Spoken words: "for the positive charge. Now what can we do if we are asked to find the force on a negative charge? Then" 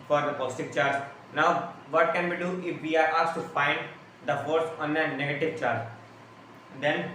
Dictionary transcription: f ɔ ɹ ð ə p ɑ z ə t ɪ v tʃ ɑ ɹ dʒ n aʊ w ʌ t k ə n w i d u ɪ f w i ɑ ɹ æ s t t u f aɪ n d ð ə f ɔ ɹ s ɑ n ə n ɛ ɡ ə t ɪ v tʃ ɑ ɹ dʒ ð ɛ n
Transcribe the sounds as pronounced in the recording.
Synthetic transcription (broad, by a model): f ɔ ɹ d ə p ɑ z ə t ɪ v tʃ ɑ ɹ dʒ n aʊ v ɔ t k ə n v i d u ɪ f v i ɑ ɹ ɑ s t t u p aɪ n d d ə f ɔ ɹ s ɑ n ə n ɛ ɡ ə t ɪ v tʃ ɑ ɹ dʒ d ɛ n